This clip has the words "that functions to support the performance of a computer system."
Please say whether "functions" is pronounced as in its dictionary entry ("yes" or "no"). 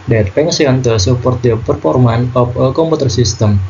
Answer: no